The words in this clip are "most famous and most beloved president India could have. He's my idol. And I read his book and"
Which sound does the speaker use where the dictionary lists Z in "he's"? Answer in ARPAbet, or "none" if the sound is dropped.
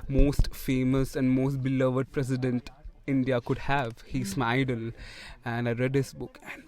S